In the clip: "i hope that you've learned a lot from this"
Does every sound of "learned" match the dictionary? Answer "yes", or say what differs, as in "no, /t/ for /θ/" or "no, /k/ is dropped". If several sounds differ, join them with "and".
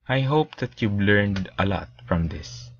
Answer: yes